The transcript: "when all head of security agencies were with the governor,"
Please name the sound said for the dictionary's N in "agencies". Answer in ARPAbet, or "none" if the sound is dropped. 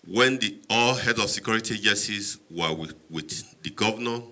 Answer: none